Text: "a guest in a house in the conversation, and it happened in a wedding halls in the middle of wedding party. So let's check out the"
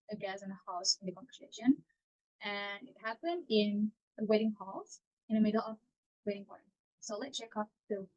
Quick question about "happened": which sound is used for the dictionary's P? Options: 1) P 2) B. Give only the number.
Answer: 1